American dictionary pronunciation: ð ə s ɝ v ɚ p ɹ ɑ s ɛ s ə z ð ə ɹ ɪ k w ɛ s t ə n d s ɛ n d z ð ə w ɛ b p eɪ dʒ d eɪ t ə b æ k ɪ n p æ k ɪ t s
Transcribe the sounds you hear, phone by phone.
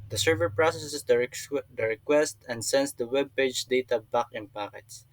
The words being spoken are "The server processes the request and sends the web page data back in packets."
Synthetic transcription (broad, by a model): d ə s ɝ v ɚ p ɹ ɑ s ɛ s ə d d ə ɹ ɪ k w ɛ s t ə n d s ɛ n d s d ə w ɛ b p eɪ dʒ d eɪ t ə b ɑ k ɪ n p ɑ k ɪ t s